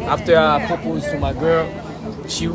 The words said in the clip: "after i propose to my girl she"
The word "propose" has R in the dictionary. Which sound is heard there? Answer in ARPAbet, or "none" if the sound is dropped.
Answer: none